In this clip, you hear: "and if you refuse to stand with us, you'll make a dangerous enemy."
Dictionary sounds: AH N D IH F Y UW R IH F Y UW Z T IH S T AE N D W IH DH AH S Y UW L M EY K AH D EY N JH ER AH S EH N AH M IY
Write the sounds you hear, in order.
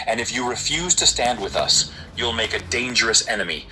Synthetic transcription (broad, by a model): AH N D IH F Y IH R IH F Y UW Z T IH S T AE N D W IH DH AH S Y UW L M EY K AH D EY N JH ER AH S EH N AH M IY